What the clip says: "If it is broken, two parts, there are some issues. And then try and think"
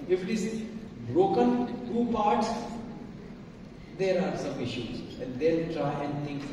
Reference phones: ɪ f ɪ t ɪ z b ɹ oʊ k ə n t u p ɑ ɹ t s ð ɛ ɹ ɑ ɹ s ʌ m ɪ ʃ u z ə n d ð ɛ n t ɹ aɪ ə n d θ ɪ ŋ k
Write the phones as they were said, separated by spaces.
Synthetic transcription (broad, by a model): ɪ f ɪ t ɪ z b ɹ oʊ k ə n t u p ɑ ɹ t s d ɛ ɹ ɑ ɹ s ʌ m ɪ ʃ u z ə n d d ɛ l t ɹ aɪ ə n d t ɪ ŋ k